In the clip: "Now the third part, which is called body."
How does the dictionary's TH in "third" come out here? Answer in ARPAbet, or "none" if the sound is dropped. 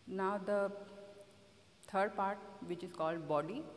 T